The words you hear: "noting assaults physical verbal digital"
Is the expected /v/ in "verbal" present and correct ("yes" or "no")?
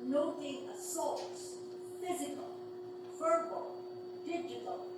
no